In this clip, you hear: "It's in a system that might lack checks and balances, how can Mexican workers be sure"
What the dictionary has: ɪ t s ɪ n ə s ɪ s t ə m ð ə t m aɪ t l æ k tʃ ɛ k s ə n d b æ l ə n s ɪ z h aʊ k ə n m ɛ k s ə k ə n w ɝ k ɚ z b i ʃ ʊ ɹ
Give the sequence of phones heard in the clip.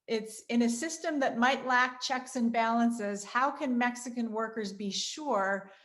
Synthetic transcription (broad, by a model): ɪ t s ɪ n ə s ɪ s t ə m ð ə t m aɪ t l æ k tʃ ɛ k s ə n b æ l ə n s ɪ z h aʊ k ə n m ɛ k s ə k ə n w ɝ k ɚ z b i ʃ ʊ ɹ